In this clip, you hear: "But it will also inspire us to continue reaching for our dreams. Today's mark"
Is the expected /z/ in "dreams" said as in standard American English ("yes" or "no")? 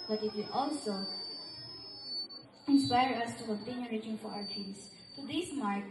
no